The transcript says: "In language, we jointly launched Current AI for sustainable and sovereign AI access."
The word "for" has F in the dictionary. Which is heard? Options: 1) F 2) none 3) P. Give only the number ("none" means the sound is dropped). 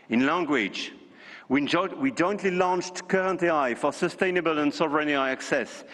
1